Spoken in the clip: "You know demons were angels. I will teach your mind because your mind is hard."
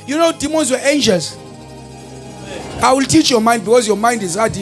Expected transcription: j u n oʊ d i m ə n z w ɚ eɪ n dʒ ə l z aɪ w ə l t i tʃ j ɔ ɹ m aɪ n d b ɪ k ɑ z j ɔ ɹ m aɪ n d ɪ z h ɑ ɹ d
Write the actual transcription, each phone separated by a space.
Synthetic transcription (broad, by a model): j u n oʊ d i m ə n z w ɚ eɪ n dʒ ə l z aɪ w ə l t i tʃ j ɔ m aɪ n d b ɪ k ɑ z j ɔ m aɪ n d ɪ z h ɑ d